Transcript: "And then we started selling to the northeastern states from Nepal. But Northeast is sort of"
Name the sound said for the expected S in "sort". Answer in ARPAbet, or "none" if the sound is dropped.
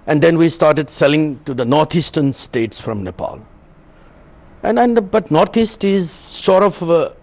SH